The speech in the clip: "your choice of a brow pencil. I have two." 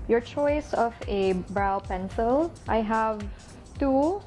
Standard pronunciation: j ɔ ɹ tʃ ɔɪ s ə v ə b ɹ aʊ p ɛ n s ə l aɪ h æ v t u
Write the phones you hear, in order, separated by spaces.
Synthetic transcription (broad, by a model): j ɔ ɹ tʃ ɔɪ s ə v ə b ɹ aʊ p ɛ n s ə l aɪ h æ v t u